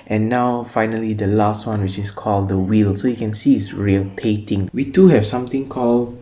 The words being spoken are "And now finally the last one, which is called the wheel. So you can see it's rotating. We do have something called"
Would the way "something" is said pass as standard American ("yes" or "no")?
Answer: no